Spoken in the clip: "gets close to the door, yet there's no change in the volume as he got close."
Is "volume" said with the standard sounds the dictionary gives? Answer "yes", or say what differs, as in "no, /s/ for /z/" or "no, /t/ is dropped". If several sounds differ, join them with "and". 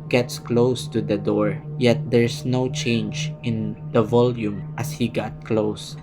yes